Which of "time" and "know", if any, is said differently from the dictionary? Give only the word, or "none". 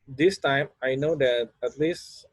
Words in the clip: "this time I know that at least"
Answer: none